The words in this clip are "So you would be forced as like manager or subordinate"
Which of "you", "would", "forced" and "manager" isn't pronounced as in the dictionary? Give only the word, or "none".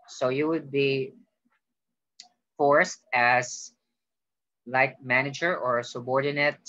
none